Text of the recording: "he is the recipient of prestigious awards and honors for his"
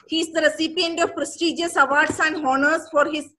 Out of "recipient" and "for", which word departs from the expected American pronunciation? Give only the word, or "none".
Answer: none